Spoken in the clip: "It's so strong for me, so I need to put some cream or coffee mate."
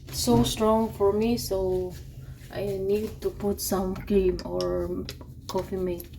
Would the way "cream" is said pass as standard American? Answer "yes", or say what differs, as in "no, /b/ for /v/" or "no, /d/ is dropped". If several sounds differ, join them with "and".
no, /ɹ/ is dropped